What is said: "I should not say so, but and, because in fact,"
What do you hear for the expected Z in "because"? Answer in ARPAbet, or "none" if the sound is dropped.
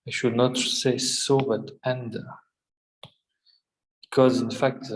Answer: Z